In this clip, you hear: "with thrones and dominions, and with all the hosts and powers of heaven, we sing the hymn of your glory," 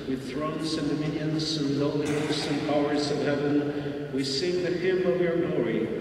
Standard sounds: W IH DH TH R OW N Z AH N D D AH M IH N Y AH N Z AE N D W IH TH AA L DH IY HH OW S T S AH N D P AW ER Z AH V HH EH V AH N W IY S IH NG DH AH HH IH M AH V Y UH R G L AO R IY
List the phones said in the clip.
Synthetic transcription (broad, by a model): W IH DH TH R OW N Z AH N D D AH M IH N Y AH N Z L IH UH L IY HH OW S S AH N P AW ER Z AH V HH EH V AH N W IY S IH NG DH AH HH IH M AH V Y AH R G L AO R IY